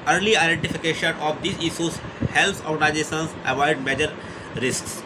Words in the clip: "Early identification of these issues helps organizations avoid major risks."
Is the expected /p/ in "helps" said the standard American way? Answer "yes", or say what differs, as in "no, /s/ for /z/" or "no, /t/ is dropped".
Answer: no, /p/ is dropped